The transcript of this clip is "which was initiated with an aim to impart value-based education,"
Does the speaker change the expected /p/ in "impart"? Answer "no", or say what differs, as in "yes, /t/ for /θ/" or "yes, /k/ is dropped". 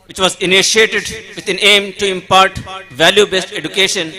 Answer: no